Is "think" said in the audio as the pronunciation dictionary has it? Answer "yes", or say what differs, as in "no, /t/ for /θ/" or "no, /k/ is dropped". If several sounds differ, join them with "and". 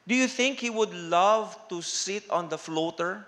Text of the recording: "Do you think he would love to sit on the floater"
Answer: yes